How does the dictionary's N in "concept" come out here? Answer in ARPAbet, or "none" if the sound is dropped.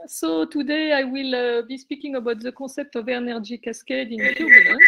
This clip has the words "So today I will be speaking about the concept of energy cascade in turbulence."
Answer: none